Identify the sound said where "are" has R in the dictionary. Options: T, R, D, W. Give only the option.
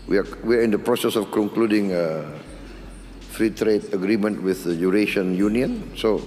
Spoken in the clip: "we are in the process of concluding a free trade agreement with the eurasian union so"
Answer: W